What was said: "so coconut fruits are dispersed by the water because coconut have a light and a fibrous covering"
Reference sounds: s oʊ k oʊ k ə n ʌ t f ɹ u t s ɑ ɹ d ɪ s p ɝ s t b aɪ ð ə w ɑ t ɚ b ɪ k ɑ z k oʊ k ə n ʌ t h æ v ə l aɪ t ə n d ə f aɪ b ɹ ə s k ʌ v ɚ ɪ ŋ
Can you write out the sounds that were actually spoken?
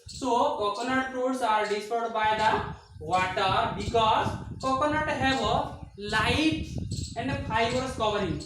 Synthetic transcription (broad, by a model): s oʊ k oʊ k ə n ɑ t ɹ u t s ɑ ɹ d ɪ s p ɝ t b aɪ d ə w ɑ t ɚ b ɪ k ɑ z k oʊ k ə n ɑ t h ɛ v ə l aɪ t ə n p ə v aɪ ɹ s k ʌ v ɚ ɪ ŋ